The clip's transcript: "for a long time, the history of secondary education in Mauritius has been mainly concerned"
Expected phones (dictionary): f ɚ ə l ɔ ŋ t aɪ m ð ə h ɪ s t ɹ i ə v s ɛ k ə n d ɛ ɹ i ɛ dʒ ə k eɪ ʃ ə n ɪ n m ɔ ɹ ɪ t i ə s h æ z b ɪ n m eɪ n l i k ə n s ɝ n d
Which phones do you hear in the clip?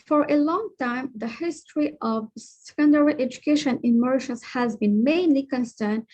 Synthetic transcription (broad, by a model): f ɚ ə l ɔ ŋ t aɪ m ð ə h ɪ s t ɹ i ə v s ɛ k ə n d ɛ ɹ i ɛ dʒ ə k eɪ ʃ ə n ɪ n m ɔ ɹ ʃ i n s h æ z b ɪ n m eɪ n l i k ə n s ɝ n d